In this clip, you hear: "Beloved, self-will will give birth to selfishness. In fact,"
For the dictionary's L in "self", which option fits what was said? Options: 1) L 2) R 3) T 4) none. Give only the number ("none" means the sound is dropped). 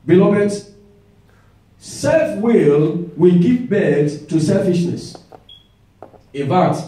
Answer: 1